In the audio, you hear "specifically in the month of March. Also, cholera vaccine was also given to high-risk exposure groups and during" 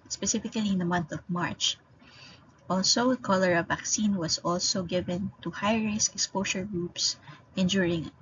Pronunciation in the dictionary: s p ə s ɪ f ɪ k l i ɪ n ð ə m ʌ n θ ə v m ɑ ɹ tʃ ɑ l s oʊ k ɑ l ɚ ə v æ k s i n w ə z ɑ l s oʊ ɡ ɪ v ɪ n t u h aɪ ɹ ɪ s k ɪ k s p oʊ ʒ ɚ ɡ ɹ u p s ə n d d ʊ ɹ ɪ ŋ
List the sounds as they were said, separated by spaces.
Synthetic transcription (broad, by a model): s p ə s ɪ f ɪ k l i ɪ n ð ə m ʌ n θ ə v m ɑ ɹ tʃ ɑ l s oʊ k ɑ l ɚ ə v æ k s i n w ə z ɑ l s oʊ ɡ ɪ v ɪ n t u h aɪ ɹ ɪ s ɪ k s p oʊ ʃ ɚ ɡ ɹ u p s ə n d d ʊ ɹ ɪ ŋ